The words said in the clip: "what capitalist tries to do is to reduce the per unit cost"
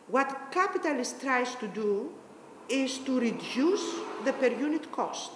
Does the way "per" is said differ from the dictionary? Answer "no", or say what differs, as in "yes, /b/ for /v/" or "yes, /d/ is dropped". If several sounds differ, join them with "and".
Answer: no